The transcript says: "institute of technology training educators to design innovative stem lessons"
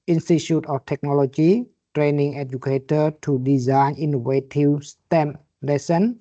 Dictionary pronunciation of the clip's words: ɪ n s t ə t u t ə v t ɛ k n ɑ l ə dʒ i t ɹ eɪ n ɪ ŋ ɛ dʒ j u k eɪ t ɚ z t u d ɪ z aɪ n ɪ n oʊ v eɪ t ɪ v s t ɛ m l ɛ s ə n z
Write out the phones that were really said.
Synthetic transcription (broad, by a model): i n s t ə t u t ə f t ɛ k n ɑ l ə dʒ i t ɹ eɪ n ɪ ŋ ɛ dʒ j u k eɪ t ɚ t u d ɪ z aɪ n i n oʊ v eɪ t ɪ w s t ɛ m l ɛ s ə n